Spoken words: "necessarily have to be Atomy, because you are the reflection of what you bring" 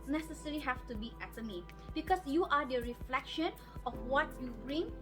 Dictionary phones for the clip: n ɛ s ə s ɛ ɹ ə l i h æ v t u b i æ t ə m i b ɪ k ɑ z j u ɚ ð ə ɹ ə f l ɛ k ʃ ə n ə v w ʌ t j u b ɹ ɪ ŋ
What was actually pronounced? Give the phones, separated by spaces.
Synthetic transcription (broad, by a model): n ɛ s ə s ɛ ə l i h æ f t u b i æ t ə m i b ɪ k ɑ s j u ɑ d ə ɹ ə f l ɛ k ʃ ə n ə f w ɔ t j u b ɹ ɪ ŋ